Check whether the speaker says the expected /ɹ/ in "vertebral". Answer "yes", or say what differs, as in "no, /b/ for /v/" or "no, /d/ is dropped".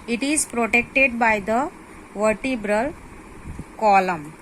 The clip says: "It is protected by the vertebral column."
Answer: yes